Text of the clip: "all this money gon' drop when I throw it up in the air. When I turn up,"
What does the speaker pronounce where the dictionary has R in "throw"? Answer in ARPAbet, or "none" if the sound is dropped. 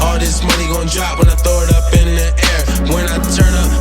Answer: none